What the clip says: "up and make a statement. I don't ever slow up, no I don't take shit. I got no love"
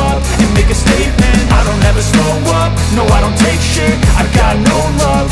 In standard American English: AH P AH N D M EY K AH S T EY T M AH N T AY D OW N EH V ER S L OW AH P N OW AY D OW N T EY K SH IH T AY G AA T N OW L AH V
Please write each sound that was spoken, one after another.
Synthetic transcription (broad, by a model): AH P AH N M EY K AH S T EY T M AH N T AY D OW N EH V ER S OW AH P N OW AY D OW N T EY K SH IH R AY G AA T N OW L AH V